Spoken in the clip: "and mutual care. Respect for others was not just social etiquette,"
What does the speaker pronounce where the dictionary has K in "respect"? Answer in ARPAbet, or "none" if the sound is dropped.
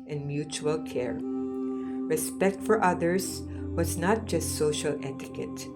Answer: K